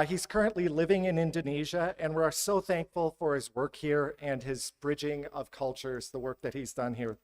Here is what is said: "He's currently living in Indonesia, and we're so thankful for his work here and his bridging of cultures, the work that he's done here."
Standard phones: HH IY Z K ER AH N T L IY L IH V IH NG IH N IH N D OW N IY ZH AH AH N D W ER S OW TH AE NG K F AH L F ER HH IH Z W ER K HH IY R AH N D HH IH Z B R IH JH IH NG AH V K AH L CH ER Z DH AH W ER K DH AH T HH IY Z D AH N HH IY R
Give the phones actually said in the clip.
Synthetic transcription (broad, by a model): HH IY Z K ER AH N T L IY L IH V IH NG IH N IH N D OW N IY ZH AH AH N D W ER S OW TH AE NG K F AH L F ER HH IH Z W ER K HH IY R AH N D IH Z B R IH JH IH NG AH V K AH L CH ER Z DH AH W ER K DH AH T HH IY Z D AH N HH IY R